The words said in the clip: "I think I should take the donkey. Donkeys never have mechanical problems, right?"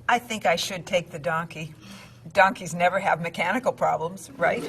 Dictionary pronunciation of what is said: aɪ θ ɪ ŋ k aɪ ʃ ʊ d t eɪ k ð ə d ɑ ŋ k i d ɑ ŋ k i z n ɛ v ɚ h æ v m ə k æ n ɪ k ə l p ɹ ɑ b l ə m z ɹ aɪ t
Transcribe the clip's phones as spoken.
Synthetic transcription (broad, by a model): aɪ θ ɪ ŋ k aɪ ʃ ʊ d t eɪ k ð ə d ɑ ŋ k i d ɑ ŋ k i z n ɛ v ɚ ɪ v m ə k æ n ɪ k l p ɹ ɑ b l ə m z ɹ aɪ t